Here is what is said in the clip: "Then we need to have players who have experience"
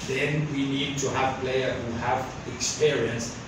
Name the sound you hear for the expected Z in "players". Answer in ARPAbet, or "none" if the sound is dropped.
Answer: none